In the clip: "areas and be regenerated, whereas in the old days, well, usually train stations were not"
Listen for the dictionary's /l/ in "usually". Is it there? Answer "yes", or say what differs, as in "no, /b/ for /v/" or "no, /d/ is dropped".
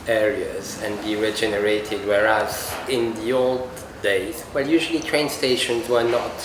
yes